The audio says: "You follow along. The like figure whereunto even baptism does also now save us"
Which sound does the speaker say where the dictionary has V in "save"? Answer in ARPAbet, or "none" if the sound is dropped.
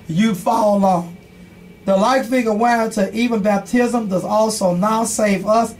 V